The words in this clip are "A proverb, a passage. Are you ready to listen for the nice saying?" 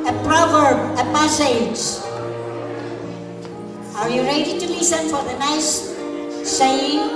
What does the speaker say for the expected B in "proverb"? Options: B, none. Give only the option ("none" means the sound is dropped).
B